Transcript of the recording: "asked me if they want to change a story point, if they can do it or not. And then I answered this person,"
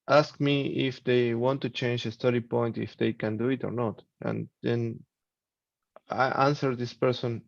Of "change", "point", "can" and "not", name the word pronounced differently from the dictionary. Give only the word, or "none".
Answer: none